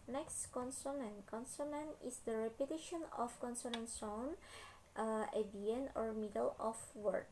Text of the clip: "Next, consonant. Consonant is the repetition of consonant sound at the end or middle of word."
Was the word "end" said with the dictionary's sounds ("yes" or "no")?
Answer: no